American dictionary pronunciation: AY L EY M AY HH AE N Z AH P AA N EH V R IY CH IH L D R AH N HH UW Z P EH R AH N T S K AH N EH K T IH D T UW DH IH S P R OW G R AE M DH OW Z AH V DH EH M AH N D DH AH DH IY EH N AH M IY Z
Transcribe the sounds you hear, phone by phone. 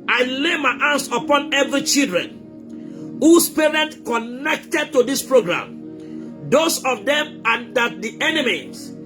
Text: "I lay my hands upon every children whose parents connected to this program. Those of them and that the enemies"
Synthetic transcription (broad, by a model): AY L EY M AY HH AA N S AH P AA N EH V R IY CH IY L D R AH N HH UW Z P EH R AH N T K AH N EH K T IH D T UW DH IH S P R OW G R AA M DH OW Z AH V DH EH M AH N D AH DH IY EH N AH M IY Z